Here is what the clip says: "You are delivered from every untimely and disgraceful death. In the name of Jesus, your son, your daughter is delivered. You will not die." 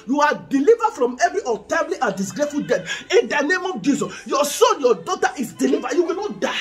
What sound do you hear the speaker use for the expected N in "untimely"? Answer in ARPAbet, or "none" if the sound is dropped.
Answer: none